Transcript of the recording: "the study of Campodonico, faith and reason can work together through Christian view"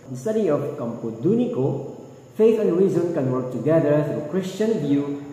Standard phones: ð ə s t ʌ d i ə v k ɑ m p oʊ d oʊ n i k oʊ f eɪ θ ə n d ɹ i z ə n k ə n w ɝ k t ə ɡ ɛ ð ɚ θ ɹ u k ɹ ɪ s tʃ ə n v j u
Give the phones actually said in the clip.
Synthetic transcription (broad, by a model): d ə s t ʌ d i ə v k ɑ m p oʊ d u n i k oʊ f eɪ t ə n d ɹ i z ə n k ə n w ɝ k t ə ɡ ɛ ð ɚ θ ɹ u k ɹ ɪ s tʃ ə n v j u